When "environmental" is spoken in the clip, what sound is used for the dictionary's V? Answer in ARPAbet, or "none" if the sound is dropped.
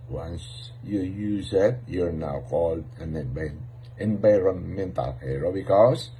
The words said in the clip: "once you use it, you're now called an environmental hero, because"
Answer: B